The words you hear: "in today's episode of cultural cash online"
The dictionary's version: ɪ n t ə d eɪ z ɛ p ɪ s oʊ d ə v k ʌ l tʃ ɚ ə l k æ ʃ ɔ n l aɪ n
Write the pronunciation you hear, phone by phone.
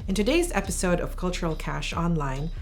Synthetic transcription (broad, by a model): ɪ n t ə d eɪ z ɛ p ɪ s oʊ d ə v k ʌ l tʃ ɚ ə l k æ ʃ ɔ n l aɪ n